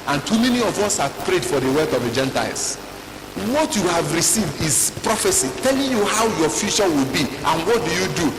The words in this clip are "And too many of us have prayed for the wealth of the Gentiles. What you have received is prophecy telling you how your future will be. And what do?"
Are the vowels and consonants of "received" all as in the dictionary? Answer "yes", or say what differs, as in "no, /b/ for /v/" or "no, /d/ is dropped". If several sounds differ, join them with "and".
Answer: yes